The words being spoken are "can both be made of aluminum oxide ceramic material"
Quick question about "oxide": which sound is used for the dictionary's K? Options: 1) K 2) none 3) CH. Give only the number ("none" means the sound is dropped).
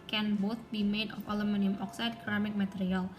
1